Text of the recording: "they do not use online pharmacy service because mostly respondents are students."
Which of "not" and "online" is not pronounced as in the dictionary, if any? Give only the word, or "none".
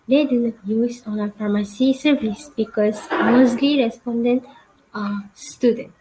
online